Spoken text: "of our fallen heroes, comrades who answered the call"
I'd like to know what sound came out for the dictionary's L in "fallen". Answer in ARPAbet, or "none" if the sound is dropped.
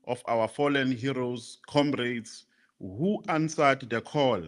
L